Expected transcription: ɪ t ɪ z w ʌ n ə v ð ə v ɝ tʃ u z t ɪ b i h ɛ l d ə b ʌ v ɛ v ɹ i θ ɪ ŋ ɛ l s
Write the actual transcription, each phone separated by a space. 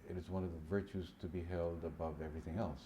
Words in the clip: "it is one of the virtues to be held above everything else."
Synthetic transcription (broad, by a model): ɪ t ɪ z w ʌ n ə v ð ə v ɝ tʃ u z t ɪ b i h ɛ l d ə b ʌ v ɛ v ɹ i θ ɪ ŋ ɛ l s